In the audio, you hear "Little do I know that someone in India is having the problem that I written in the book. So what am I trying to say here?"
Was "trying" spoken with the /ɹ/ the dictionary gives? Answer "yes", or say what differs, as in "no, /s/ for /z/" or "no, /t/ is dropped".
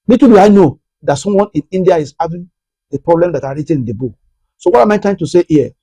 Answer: no, /ɹ/ is dropped